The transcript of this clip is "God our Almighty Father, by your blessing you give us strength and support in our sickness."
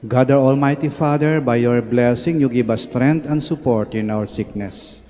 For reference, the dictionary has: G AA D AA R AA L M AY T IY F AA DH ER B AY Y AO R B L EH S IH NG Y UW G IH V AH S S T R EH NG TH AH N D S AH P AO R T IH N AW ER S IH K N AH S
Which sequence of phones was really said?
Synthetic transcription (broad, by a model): G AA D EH R AA L M AY T IY F AA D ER B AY Y AO R B L EH S IH NG Y UW G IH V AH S S T R EH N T AH N D S AH P AO R T IH N AW ER S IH K N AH S